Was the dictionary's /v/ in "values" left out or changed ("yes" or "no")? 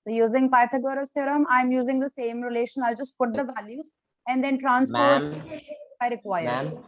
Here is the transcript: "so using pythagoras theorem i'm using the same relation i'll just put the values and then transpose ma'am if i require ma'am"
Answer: no